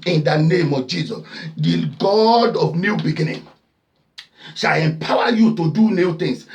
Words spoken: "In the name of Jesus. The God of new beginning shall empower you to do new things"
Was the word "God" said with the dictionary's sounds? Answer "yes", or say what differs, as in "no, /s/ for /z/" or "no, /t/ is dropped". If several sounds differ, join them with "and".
yes